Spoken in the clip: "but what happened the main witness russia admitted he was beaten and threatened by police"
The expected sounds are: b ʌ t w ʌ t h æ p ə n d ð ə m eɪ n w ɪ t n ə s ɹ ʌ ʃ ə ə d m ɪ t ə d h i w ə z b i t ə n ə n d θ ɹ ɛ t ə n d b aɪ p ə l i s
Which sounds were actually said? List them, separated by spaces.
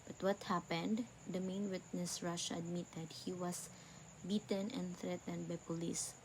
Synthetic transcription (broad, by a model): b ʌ t w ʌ t h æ p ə n d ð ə m eɪ n w ɪ t n ə s ɹ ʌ ʃ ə ə d m ɪ t ə d h i w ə s b i t ə n ə n d θ ɹ ɛ t ə n d b aɪ p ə l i s